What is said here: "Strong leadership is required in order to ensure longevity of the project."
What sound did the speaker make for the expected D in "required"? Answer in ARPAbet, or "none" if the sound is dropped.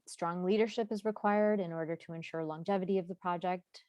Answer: D